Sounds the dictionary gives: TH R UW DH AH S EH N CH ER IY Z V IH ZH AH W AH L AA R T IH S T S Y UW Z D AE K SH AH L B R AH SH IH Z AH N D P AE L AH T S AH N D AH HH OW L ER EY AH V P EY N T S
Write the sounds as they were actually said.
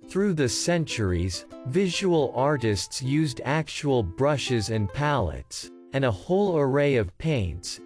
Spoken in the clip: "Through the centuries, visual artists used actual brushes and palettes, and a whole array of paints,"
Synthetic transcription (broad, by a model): TH R UW DH AH S EH N CH ER IY Z V IH ZH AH W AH L AA R T IH S T S Y UW Z D AE K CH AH L B R AH SH IH Z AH N P AE L AH T S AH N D AH HH OW L ER EY AH V P EY N T S